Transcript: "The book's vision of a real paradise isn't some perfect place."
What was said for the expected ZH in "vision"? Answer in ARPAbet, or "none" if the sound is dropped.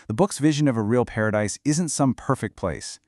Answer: ZH